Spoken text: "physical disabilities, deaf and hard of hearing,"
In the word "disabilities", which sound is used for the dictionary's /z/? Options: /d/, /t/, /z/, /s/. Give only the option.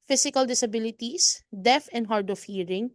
/s/